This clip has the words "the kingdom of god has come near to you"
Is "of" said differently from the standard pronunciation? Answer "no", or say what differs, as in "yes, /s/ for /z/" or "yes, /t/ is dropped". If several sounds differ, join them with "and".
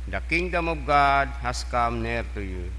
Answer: yes, /b/ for /v/